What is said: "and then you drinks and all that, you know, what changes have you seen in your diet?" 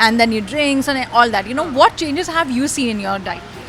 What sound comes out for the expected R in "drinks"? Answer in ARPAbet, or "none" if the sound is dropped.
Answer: R